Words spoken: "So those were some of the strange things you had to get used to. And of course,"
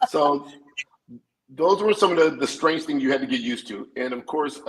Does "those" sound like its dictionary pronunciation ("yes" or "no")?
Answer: yes